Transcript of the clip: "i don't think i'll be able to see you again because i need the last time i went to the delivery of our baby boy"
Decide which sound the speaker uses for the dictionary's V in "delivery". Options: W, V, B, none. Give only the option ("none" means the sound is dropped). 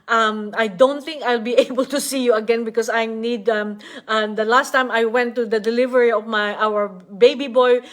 V